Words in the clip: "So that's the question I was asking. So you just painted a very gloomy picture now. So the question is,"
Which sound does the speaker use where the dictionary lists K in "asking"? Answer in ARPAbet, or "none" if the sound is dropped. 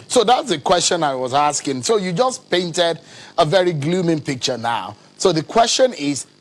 K